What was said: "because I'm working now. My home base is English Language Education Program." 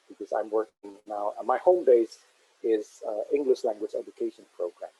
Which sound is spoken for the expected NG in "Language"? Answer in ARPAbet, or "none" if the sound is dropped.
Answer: NG